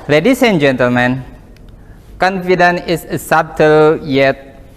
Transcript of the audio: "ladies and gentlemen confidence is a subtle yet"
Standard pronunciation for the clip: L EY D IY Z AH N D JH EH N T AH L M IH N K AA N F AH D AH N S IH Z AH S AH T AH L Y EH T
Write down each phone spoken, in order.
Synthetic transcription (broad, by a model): L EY D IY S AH N JH EH N T AH L M IH N K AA N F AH D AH N IH S AH S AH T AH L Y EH T